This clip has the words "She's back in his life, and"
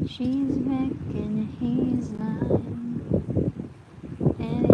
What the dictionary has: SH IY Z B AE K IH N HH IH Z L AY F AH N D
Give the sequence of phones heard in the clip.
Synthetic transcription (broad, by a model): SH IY Z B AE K IH N HH IH Z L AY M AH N